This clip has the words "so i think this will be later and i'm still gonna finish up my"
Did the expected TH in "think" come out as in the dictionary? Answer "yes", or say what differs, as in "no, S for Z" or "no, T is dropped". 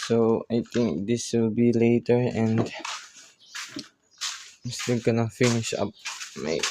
no, T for TH